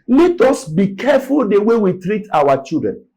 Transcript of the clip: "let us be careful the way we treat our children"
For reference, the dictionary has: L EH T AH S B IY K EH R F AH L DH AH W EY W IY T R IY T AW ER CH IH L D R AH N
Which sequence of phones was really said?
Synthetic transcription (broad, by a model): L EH T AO S B IY K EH F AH L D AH W EY W IY T R IY T AW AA CH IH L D R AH N